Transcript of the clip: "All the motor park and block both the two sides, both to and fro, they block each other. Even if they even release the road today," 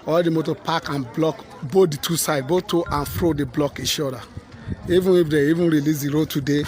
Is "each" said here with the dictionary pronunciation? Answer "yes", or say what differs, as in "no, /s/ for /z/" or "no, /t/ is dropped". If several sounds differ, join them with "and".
no, /ʃ/ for /tʃ/